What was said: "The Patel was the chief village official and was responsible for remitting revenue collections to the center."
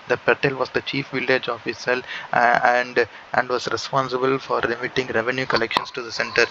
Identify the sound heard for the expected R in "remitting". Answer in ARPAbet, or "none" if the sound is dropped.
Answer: L